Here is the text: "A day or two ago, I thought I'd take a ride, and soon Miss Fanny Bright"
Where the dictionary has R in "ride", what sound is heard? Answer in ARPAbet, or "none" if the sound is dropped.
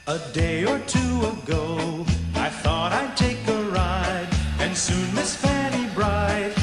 R